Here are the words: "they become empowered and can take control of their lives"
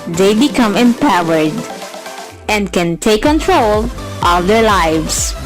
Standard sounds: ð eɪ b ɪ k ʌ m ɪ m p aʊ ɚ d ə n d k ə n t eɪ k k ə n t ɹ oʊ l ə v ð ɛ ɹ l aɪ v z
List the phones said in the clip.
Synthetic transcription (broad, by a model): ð eɪ b ɪ k ʌ m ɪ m p aʊ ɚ d ə n d k ə n t eɪ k k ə n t ɹ oʊ l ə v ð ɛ ɹ l aɪ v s